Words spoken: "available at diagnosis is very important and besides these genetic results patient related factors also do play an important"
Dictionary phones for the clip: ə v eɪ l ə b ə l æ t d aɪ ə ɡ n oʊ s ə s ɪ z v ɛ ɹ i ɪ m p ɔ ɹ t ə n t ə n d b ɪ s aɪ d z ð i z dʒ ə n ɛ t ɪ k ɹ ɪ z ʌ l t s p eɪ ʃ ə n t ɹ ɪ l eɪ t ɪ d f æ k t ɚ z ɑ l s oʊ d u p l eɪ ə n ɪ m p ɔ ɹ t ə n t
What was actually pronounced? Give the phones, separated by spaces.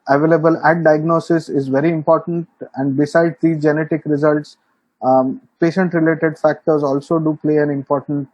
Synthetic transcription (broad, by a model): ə v eɪ l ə b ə l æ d d aɪ ə ɡ n oʊ s ə s ɪ z v ɛ ɹ i ɪ m p ɔ ɹ t ə n t ə n d b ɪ s aɪ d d i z dʒ ə n ɛ t ɪ k ɹ ɪ z ʌ l t s p eɪ ʃ ə n t ɹ ɪ l eɪ t ɪ d f æ k t ɚ z ɑ l s oʊ d u p l eɪ ə n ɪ m p ɔ ɹ t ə n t